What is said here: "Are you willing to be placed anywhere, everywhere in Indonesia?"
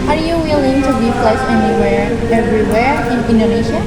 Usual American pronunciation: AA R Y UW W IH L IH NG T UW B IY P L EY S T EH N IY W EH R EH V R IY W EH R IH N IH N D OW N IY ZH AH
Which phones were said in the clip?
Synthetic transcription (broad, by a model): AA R Y UW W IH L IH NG T UW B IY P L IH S EH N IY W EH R EH V R IY W EH R IH N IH N D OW N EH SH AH